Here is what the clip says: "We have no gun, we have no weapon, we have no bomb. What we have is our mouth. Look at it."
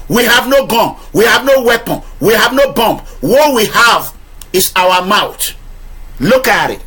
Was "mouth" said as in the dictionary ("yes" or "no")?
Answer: no